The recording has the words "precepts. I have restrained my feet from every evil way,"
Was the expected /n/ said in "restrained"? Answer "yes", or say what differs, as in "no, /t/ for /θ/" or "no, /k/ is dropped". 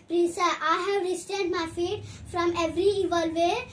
no, /n/ is dropped